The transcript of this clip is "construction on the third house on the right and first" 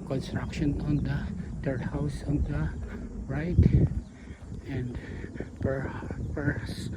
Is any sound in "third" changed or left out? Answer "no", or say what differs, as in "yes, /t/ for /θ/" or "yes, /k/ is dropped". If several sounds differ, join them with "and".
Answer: yes, /t/ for /θ/